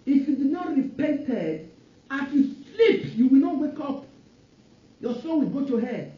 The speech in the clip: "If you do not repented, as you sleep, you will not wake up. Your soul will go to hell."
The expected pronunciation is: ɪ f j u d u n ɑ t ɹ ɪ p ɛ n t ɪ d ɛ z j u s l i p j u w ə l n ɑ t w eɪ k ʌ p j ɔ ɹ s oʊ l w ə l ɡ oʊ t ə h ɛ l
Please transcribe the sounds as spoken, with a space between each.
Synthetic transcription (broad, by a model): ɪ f j u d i n ɑ t ɹ ɪ p ɛ n t ɪ d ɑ s j u s l i p j u w ə l n ɑ t w eɪ k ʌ p j ɔ s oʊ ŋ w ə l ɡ oʊ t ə h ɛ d